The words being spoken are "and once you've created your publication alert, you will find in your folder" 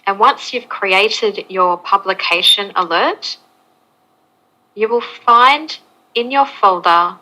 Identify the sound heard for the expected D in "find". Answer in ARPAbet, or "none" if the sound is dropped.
D